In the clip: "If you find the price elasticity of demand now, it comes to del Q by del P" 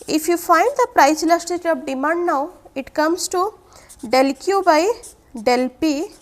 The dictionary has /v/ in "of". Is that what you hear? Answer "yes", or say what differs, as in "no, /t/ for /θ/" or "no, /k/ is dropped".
no, /p/ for /v/